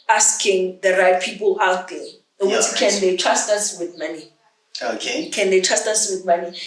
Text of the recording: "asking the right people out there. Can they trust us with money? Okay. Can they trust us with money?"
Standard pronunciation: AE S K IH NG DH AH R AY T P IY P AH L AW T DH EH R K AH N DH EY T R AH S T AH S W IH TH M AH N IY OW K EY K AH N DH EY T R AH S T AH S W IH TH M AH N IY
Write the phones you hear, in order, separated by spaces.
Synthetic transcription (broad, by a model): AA S K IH NG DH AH R AY T P IY P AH L AW T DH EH W K AH N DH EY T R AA S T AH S W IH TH M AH N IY OW K EY K AH N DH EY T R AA S T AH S W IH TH M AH N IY